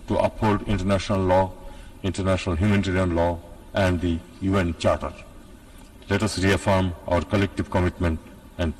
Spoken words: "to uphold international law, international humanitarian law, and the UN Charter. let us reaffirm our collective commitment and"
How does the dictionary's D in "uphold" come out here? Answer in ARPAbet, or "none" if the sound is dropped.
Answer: D